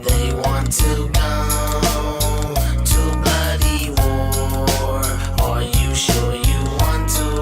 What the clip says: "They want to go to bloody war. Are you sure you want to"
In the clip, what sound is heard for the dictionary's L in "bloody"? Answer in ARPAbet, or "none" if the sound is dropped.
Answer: none